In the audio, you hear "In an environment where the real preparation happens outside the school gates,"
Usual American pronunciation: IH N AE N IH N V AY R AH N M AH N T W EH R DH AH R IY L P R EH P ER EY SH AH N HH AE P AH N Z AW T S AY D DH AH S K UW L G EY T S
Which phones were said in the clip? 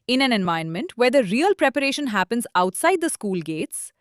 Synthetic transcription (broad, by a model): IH N AE N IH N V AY AH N M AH N T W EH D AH R IY L P R EH P ER EY SH AH N HH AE P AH N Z AW T S AY D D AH S K UW L G EY T S